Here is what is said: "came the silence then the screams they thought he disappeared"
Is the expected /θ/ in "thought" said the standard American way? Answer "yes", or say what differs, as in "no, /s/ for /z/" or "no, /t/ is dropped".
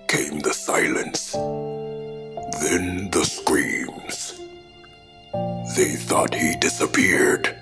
yes